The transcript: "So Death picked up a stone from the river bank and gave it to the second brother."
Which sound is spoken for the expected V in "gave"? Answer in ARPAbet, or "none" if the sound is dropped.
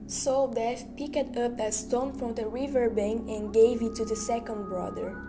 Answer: V